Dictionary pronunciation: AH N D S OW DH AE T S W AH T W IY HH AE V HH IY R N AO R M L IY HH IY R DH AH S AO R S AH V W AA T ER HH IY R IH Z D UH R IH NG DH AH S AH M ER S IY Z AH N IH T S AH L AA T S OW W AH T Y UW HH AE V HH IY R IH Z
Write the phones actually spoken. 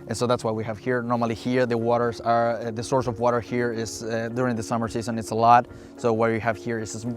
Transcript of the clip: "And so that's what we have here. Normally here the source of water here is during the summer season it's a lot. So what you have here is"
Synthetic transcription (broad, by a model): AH N S OW DH AE T S W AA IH W IY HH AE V HH IY R N AO R M L IY HH IY R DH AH S AO R S AH V W AA T ER HH IY R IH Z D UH R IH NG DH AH S AH M ER S IY Z AH N IH T S AH L AA T S OW W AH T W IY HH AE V HH IY R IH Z